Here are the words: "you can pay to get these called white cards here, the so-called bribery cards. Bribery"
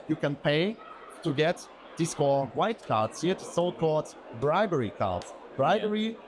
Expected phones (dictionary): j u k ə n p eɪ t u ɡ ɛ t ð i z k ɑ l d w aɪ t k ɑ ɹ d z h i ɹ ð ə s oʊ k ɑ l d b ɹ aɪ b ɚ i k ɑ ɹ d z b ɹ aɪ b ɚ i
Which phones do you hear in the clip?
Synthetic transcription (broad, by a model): j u k ə n p eɪ t u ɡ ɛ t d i s k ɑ w aɪ t k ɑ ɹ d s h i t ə s oʊ k ɑ l d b ɹ aɪ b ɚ i k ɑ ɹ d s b ɹ aɪ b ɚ i